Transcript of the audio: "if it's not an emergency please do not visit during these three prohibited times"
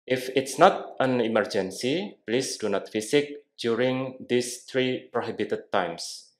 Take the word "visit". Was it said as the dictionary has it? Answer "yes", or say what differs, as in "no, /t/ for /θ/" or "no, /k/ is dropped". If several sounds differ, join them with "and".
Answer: no, /f/ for /v/ and /s/ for /z/